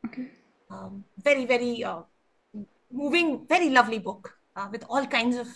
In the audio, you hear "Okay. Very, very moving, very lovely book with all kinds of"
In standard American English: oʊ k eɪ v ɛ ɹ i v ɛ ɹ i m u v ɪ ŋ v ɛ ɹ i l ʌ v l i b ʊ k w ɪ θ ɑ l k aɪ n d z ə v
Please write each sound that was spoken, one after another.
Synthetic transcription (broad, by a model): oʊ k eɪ v ɛ ɹ i v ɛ ɹ i m u v ɪ ŋ v ɛ ɹ i l ʌ v l i b ʊ k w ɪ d ɑ l k aɪ n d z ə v